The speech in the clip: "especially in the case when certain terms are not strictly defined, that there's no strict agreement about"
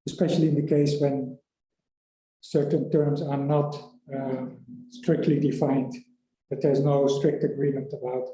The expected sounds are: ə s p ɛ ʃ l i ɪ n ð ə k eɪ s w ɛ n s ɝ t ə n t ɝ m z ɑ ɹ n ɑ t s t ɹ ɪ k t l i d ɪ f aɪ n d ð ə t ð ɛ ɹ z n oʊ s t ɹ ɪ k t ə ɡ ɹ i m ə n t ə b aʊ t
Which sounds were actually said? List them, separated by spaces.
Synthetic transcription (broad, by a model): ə s p ɛ ʃ l i ɪ n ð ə k eɪ s w ɛ n s ɝ t ə n t ɝ m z ɑ ɹ n ɑ t s t ɹ ɪ k t l i d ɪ f aɪ n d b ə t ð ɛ ɹ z n oʊ s t ɹ ɪ k t ə ɡ ɹ i m ə n t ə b aʊ t